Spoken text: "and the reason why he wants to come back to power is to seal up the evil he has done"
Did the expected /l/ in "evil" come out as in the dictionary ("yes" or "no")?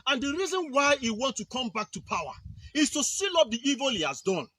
yes